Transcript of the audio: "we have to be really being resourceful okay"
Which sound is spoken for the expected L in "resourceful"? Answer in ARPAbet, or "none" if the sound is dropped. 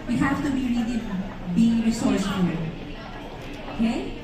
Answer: N